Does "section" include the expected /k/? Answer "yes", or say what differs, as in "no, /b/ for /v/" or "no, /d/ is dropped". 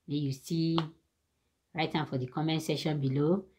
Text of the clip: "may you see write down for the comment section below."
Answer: no, /k/ is dropped